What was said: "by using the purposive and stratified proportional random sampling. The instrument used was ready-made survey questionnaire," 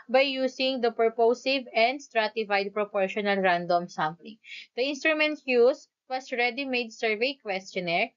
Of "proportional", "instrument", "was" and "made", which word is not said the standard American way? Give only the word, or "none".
was